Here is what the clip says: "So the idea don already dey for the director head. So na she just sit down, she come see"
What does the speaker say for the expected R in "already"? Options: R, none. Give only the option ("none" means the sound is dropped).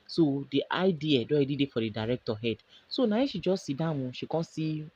none